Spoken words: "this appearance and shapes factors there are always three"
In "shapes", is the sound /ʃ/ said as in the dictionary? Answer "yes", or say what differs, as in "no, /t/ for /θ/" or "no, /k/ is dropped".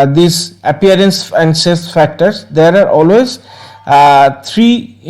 no, /s/ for /ʃ/